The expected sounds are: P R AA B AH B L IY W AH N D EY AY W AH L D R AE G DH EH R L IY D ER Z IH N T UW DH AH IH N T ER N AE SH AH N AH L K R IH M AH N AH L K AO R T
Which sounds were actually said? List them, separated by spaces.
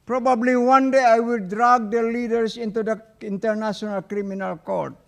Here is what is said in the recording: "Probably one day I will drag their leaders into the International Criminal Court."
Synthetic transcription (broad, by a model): P R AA B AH B L IY W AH N D EY AY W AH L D R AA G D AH L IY D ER S IH N T UW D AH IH N T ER N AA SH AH N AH L K R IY M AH N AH L K AO R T